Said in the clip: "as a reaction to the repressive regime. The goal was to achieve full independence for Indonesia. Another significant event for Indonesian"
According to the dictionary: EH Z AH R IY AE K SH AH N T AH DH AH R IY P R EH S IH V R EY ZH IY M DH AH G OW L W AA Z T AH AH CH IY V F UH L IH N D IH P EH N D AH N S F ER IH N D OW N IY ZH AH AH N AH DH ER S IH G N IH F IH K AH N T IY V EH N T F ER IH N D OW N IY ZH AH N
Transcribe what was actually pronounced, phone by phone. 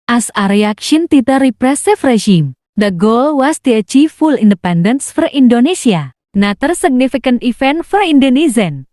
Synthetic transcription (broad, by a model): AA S AH R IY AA K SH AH N T AH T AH R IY P R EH S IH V R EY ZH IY M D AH G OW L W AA S T AH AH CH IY F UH L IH N D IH P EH N D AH N S F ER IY N D OW N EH S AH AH N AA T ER S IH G N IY F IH K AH N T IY F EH N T F ER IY N D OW N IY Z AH N